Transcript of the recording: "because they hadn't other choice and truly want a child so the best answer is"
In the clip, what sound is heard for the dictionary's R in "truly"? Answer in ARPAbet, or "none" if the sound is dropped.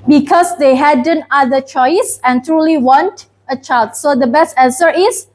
R